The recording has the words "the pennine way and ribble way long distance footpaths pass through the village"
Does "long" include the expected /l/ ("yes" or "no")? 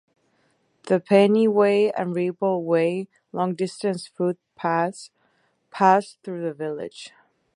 yes